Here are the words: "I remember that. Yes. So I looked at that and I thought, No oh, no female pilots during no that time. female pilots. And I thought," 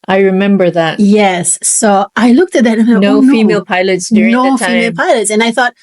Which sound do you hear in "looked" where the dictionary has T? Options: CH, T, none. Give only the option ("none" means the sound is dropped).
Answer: T